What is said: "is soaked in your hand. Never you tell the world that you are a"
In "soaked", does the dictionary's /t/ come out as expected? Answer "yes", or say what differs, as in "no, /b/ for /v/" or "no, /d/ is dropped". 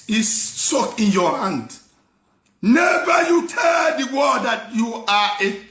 no, /t/ is dropped